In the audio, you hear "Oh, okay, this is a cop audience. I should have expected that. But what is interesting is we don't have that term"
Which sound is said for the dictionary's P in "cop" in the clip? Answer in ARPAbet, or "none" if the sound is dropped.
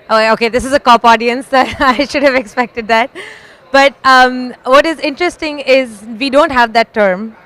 P